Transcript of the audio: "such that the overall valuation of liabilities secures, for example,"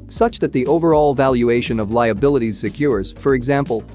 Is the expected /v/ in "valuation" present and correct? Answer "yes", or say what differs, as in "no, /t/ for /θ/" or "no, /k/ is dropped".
yes